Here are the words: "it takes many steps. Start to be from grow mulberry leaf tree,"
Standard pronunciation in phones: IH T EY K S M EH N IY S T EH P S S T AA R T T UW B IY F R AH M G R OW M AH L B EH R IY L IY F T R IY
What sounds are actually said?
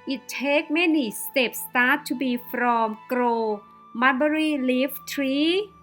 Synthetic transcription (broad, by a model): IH T EY K M EH N IY S T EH P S S T AA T T UW B IY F R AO M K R OW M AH N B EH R IY L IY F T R IY